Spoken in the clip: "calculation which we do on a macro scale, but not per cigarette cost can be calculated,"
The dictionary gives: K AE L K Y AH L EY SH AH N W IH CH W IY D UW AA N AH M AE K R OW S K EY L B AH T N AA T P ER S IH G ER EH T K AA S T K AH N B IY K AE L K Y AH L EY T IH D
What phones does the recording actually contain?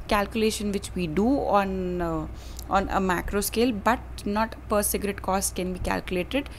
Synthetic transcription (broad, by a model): K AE L K Y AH L EY SH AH N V IH CH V IY D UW AA N AH M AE K R OW S K EY L B AH T N AA T P ER S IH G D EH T K AA S T K AH N B IY K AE L K Y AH L EY T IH D